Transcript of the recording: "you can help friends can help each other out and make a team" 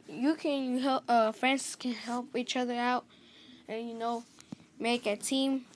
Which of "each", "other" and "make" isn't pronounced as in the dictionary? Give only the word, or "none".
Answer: none